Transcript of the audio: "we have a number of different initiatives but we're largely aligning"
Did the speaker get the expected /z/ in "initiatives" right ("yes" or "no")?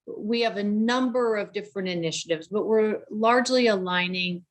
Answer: yes